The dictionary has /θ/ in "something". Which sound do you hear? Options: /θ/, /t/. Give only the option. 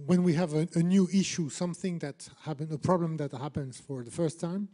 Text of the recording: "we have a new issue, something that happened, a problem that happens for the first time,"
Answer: /θ/